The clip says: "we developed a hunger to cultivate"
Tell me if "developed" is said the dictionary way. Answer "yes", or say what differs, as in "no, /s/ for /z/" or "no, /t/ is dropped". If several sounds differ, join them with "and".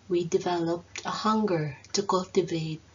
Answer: yes